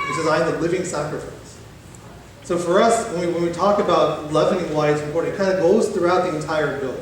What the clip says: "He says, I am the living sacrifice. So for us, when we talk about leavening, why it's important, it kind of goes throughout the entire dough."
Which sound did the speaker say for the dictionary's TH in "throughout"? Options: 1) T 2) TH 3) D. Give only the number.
2